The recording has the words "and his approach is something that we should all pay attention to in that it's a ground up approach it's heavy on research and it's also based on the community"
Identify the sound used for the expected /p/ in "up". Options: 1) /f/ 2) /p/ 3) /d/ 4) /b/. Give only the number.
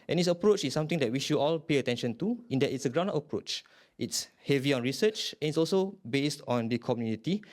1